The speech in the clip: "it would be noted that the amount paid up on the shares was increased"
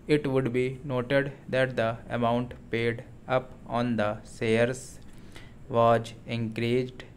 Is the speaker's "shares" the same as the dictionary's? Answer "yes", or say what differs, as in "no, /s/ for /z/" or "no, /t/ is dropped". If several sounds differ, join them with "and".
no, /s/ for /ʃ/